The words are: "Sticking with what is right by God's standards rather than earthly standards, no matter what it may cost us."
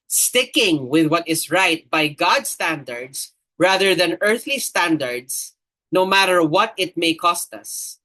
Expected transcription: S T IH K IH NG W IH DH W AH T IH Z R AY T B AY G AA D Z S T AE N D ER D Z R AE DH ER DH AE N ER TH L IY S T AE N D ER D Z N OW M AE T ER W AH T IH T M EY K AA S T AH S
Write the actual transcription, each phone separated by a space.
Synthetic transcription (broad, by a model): S T IH K IH NG W IH DH W AH T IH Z R AY T B AY G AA D S T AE N D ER D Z R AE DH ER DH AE N ER TH L IY S T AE N D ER D S N OW M AE T ER W AH T IH T M EY K AA S T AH S